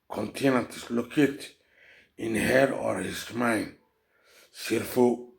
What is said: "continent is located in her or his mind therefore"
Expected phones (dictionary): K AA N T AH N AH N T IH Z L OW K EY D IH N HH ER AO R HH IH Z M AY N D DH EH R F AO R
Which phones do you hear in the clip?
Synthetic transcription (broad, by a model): K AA N T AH N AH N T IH S L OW K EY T IH N HH ER AO R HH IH S M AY N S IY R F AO